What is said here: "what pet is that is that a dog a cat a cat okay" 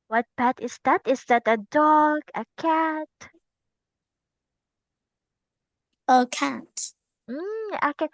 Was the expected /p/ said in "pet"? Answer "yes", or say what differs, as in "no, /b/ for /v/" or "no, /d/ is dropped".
no, /b/ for /p/